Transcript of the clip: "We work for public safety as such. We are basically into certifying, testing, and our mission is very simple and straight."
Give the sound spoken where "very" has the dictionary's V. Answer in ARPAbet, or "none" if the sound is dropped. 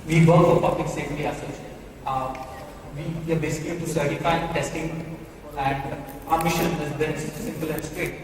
B